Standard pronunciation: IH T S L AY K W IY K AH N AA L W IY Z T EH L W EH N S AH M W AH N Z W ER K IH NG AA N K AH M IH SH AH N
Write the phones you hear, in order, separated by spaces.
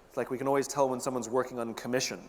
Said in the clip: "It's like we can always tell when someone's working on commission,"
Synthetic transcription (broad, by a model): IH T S L AY K W IY K AH N AA L W IY Z T EH L W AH N S AH M W AH N Z W ER K IH NG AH N K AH M IH SH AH N